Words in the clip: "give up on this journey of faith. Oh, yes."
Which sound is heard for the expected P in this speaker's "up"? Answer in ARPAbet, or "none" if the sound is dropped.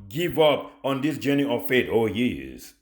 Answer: P